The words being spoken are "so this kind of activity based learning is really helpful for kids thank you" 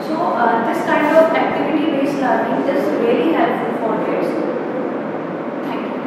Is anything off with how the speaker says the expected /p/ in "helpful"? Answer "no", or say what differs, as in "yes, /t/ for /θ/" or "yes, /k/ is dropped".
yes, /p/ is dropped